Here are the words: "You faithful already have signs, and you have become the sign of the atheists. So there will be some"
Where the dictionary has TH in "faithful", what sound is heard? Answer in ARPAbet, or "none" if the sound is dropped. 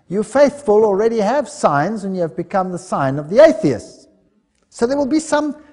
TH